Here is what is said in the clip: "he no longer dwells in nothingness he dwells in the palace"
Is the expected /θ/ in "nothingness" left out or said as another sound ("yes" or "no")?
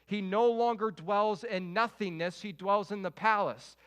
no